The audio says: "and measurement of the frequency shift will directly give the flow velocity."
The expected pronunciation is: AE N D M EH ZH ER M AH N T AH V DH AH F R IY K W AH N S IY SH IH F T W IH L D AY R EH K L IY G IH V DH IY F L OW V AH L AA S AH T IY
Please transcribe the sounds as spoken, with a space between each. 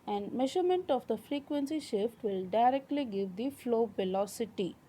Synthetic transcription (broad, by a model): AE N D M EH ZH ER M AH N T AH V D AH F R IY K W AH N S IY SH IH F T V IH L D AY R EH K L IY G IH V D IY F L OW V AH L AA S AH T IY